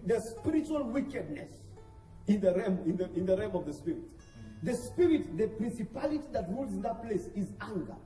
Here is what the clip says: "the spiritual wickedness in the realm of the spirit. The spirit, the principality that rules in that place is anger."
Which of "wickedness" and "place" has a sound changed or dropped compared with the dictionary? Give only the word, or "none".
none